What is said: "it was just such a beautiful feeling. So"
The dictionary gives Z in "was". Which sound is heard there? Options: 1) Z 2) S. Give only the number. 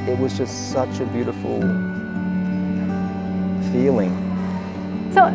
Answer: 1